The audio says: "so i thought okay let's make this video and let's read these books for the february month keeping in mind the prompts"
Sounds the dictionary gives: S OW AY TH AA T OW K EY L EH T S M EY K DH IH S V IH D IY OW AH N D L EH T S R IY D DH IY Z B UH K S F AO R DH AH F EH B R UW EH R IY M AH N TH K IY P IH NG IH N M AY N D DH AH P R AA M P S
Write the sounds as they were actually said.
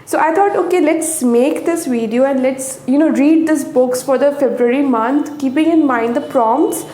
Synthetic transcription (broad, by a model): S OW AY T AA T OW K EY L EH T S M EY K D IH S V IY D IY OW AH N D L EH T S R IY D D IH S B UH K S F AO R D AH F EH B R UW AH R IY M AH N T K IY P IH NG IH N M AY N D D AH P R AA M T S